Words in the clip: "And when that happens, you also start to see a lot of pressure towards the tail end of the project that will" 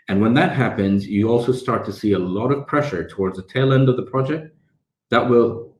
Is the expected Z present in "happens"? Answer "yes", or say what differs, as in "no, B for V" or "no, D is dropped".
yes